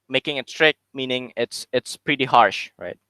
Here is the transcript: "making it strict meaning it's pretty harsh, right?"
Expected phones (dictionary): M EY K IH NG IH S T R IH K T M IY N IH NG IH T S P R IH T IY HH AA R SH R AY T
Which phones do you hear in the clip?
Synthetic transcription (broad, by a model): M EY K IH NG IH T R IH K M IY N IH NG IH T S P R IH T IY HH AA R SH R AY T